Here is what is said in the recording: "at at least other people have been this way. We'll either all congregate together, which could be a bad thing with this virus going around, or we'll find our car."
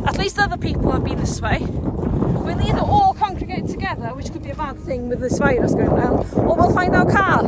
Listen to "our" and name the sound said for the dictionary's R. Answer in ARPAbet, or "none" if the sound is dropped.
W